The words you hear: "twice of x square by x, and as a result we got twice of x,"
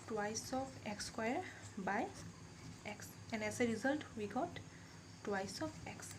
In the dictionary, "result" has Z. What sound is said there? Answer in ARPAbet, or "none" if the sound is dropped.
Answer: Z